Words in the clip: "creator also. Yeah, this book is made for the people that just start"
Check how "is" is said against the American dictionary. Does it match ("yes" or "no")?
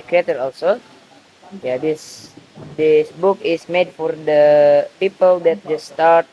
no